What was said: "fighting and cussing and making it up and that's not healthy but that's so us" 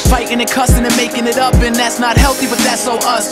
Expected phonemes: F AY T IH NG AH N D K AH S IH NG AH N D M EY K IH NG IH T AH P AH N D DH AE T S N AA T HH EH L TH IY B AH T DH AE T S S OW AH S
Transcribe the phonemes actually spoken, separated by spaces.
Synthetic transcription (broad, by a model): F AY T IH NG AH K AH S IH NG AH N M EY K IH NG IH T AH P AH N DH AE T S N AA T HH EH L TH IY B AH T DH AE T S S OW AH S